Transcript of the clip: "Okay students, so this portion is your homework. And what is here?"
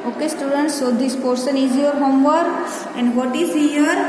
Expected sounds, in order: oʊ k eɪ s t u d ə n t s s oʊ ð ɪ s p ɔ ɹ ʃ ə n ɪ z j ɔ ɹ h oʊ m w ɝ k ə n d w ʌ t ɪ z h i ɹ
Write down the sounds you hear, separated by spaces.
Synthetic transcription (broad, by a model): oʊ k eɪ s t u d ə n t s s oʊ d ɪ s p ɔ ɹ s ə n ɪ z j ɔ ɹ h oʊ m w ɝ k ə n d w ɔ t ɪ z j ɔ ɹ